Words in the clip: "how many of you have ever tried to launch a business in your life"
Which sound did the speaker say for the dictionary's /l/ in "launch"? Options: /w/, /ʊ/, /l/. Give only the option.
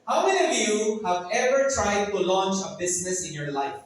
/l/